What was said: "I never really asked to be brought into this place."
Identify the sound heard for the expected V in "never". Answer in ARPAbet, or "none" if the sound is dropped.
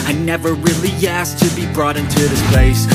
V